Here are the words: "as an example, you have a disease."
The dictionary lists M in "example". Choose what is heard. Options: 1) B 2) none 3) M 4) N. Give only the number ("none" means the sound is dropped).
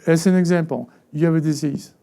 2